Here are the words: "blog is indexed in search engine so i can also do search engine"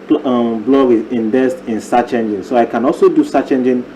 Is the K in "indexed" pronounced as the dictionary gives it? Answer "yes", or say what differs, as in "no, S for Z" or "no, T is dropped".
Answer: no, K is dropped